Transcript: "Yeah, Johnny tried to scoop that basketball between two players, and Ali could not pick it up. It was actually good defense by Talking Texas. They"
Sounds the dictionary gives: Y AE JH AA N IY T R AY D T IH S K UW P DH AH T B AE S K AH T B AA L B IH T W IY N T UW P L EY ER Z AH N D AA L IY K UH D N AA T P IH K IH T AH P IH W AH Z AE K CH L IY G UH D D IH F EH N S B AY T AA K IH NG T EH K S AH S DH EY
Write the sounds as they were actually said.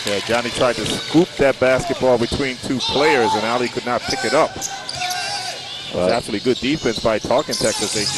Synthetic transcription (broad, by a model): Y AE JH AA N IY T R AY D T IH S K UW P DH AH T B AE S K AH T B AA L B IH T W IY N T UW P L EY ER Z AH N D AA L IY K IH D N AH T P IH K IH T AH P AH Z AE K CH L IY G UH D D IH F EH N S B AY T AA K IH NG T EH K S AH S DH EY